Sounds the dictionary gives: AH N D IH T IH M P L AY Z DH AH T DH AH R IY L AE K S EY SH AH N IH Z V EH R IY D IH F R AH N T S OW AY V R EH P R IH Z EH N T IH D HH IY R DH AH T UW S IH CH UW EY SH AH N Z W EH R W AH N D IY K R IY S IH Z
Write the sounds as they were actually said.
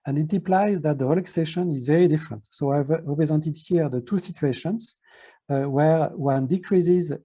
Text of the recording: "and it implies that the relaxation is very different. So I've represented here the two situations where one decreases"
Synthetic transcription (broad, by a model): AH N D IH T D P L AY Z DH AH T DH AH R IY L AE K S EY SH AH N IH Z V EH R IY D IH F R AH N T S OW AY V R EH P R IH Z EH N T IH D HH IY R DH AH T UW S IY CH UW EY SH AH N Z W EH R W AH N D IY K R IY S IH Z